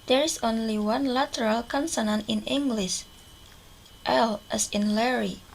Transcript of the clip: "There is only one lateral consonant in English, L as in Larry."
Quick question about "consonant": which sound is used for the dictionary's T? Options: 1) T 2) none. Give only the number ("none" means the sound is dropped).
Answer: 2